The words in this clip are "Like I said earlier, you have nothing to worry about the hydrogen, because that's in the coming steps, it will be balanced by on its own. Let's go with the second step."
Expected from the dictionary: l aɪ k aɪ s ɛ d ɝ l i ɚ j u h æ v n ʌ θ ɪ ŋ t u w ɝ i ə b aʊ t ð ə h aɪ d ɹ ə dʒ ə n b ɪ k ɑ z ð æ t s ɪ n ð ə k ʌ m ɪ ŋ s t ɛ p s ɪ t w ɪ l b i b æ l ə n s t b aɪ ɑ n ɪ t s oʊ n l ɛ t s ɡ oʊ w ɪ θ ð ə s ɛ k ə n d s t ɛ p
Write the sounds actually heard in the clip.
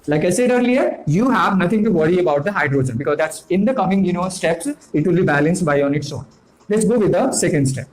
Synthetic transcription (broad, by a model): l aɪ k aɪ s ɛ d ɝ l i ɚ j u h æ v n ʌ t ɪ ŋ t u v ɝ i ə b aʊ t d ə h aɪ d ɹ ə dʒ ə n b ɪ k ɑ z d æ t s ɪ n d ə k ʌ m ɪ ŋ s t ɛ p s ɪ t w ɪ l b i b æ l ə n s t b aɪ ɑ n ɪ t s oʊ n l ɛ t s ɡ oʊ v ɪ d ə s ɛ k ə n d s t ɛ p